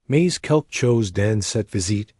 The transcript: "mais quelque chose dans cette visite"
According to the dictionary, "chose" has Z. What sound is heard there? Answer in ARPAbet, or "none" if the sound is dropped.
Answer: Z